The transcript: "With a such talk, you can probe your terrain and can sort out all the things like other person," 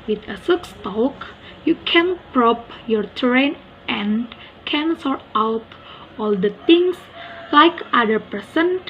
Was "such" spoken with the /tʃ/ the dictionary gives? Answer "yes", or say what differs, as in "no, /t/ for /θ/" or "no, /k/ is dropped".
no, /s/ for /tʃ/